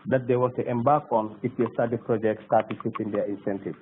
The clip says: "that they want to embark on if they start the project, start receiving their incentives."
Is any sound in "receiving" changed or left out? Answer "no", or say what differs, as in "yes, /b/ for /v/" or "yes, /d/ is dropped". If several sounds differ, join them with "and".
yes, /f/ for /v/